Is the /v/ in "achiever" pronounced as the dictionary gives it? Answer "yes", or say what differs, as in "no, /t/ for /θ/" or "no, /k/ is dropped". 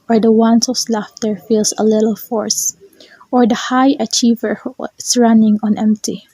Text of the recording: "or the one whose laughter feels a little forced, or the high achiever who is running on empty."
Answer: yes